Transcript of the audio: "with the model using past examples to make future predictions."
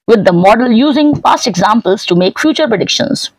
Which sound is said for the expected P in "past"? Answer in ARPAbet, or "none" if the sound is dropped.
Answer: F